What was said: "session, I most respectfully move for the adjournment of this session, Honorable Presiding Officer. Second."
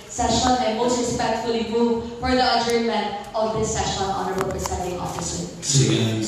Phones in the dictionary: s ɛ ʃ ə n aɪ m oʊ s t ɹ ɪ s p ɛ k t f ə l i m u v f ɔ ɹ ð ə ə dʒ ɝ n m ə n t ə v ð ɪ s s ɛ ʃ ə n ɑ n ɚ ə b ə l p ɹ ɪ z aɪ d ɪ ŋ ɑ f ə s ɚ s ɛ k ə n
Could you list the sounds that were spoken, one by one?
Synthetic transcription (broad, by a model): s ɛ ʃ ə n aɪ m oʊ s t ɹ ɪ s p ɛ k t f ə l i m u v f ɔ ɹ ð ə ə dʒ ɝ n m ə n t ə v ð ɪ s s ɛ ʃ ə n ɑ n ɚ ə b ə l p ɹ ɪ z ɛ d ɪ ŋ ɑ f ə s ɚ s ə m